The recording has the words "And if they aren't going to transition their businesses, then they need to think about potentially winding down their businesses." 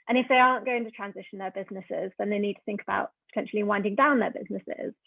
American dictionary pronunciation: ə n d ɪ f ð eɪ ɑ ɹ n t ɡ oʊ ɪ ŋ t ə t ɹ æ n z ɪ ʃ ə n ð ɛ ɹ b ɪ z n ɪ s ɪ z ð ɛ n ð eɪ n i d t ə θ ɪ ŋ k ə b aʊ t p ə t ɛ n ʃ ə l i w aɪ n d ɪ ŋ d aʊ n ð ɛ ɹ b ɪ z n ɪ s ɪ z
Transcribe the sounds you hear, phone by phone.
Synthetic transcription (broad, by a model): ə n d ɪ f ð eɪ ɑ n ɡ oʊ ɪ ŋ t ə t ɹ æ n z ɪ ʃ ə n ð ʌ b ɪ z n ɪ s ɪ z ð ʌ n ð eɪ n i d t ə θ ɪ ŋ k ə b aʊ t p ə t ɛ n ʃ ə l i w aɪ n d ɪ ŋ d aʊ n ð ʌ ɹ b ɪ z n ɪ s ɪ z